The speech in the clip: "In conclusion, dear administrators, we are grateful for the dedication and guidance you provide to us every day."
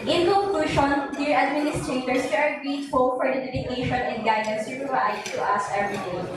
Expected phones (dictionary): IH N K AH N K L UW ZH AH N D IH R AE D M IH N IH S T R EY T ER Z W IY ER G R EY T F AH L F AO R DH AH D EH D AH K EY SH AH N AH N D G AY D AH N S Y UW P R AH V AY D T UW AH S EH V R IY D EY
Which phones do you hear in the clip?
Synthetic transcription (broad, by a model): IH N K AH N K UW SH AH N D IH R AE D M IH N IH S T R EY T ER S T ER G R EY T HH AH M F AO R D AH D EH D AH K EY SH AH N AH N D G AY D AH N S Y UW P R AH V AY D T UW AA S EH V R IY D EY